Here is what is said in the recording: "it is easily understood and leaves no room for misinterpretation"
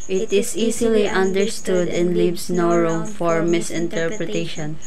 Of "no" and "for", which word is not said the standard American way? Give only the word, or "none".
none